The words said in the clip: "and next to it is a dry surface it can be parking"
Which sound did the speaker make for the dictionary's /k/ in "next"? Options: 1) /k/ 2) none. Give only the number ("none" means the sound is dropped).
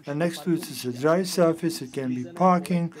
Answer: 1